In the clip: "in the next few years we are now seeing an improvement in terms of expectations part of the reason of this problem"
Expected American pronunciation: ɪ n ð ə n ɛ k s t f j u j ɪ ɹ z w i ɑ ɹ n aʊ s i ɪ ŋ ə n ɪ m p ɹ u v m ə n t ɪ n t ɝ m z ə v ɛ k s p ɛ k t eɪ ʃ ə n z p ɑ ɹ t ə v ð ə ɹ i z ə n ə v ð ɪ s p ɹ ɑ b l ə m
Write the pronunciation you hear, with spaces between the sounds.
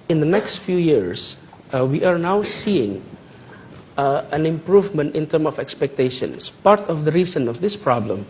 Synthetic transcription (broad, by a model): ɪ n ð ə n ɛ k s t f j u j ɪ ɹ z w i ɑ ɹ n aʊ s i ɪ ŋ ə n ɪ m p ɹ u v m ə n t ɪ n t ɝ m ə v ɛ k s p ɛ k t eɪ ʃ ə n s p ɑ ɹ t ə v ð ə ɹ i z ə n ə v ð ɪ s p ɹ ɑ b l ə m